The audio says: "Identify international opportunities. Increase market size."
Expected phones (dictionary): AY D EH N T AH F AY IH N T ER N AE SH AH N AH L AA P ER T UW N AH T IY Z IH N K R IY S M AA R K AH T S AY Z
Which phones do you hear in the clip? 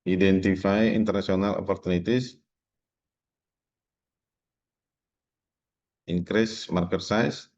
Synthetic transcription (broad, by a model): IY D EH N T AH F AY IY N T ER N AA S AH N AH L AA P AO T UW N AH T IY S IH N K R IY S M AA R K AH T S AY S